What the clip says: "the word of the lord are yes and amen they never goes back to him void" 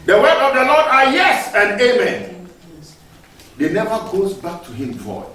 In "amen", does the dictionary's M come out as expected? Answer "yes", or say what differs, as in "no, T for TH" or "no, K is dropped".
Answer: yes